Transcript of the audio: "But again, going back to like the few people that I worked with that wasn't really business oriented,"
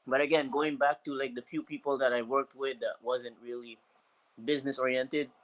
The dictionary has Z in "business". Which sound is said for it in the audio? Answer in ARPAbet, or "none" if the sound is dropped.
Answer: Z